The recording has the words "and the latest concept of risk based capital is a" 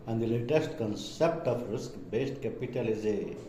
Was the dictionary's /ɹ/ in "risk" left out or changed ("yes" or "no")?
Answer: no